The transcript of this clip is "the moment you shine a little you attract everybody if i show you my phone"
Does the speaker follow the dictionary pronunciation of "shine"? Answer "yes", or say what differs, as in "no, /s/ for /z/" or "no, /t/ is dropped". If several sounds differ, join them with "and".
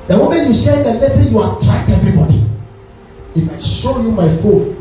no, /l/ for /n/